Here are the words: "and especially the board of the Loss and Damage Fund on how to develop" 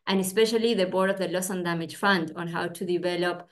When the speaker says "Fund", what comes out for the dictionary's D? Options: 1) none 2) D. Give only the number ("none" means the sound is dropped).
2